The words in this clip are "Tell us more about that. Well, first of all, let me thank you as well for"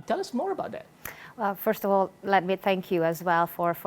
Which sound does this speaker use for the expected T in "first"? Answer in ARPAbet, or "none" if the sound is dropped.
T